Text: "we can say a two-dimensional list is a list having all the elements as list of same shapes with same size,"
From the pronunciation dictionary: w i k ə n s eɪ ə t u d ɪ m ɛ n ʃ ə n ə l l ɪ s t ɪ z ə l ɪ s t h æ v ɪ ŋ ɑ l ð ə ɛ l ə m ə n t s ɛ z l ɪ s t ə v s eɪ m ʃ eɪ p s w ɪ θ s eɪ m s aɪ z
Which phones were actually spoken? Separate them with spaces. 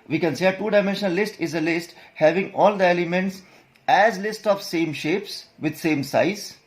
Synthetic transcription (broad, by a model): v i k ə n s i ə t u d ɪ m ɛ n ʃ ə n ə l l ɪ s t ɪ z ə l ɪ s t h æ v ɪ ŋ ɑ l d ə ɛ l ə m ə n t s ɛ z l ɪ s t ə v s eɪ m ʃ eɪ p s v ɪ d s eɪ m s aɪ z